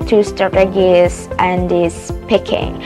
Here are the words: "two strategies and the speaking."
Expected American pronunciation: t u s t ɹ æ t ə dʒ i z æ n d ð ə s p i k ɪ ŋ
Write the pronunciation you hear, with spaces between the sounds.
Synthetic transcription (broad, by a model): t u s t ɑ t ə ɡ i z æ n d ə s p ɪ k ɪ ŋ